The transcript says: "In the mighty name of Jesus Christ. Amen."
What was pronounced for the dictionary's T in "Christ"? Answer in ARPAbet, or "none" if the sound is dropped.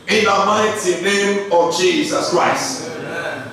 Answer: T